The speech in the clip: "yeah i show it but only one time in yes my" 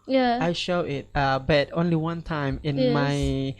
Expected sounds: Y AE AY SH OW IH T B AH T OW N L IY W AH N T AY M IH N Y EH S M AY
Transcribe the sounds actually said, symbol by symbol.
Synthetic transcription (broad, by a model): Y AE AY SH OW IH T B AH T OW N L IY W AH N T AY M IH N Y M AY